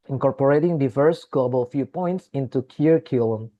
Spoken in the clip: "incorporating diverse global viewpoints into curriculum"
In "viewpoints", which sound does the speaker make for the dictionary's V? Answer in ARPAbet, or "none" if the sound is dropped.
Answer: F